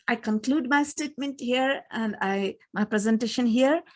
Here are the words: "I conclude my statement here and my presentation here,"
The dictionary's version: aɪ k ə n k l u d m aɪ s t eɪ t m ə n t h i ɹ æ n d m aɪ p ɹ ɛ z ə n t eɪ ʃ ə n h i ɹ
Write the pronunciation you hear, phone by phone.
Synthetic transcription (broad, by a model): aɪ k ə n k l u d m aɪ s t eɪ t m ə n t h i ɹ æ n d m aɪ p ɹ ɛ z ə n t eɪ ʃ ə n h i ɹ